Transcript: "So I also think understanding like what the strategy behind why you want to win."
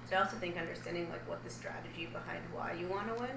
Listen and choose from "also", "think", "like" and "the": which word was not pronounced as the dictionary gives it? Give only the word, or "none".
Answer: none